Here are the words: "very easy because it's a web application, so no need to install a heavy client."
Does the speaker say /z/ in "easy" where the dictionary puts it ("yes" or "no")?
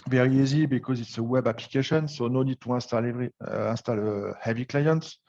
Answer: yes